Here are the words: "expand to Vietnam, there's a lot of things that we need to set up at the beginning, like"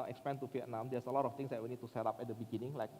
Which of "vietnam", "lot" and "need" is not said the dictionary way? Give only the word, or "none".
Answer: vietnam